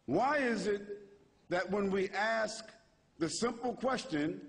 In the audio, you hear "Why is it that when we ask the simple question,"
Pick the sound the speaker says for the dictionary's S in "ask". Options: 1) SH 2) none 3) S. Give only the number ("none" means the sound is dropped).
3